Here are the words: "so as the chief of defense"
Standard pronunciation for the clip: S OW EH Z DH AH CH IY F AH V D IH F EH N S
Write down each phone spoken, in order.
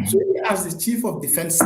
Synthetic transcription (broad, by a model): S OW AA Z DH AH CH IY F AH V D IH F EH N S